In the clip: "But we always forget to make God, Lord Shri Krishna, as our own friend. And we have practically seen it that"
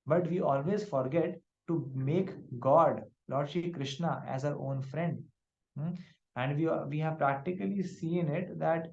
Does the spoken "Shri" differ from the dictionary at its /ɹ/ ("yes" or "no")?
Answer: yes